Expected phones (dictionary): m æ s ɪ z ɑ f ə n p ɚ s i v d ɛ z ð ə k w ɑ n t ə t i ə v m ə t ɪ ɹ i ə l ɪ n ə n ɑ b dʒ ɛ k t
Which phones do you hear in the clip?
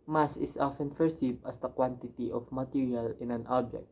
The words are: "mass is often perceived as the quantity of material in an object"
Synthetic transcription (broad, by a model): m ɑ s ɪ s ɑ f ə n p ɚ s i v ʌ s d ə k w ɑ n t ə t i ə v m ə t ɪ ɹ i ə l ɪ n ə n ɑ b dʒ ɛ k t